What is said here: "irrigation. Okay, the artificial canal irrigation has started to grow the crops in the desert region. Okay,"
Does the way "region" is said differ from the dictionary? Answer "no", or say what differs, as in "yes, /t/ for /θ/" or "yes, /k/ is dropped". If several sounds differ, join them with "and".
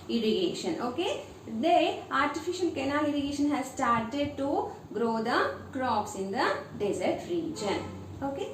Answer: no